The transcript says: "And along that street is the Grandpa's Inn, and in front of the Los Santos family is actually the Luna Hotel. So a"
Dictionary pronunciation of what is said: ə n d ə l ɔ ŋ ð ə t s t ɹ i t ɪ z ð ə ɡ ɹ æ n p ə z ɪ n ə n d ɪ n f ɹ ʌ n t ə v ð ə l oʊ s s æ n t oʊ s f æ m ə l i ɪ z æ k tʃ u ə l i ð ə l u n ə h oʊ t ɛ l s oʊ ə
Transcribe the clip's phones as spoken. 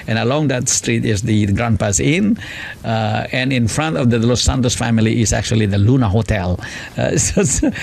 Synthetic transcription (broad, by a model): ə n ə l ɔ ŋ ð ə t s t ɹ i t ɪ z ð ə ɡ ɹ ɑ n p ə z ɪ n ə n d ɪ n f ɹ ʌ n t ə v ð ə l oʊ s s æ n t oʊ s f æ m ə l i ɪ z æ k tʃ u ə l i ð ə l u n ə h oʊ t ɛ l s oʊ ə